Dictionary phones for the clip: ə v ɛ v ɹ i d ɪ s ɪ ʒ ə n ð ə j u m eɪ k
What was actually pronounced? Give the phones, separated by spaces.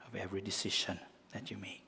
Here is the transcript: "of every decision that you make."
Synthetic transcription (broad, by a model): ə v ɛ v ɹ i d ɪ s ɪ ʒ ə n ð ə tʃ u m eɪ k